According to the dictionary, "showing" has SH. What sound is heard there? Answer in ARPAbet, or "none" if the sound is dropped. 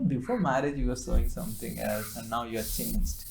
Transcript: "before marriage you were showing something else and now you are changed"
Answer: S